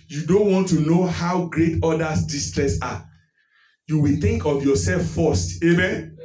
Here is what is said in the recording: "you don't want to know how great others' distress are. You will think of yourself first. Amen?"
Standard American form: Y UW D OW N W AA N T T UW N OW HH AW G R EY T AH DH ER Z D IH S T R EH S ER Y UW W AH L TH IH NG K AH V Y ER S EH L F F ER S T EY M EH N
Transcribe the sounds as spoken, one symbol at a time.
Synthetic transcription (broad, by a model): Y UW D OW N W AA N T T UW N OW HH AW G R EY T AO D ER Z D IH S T R EH S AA Y UW W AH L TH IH NG K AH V Y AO S EH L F F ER S T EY M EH N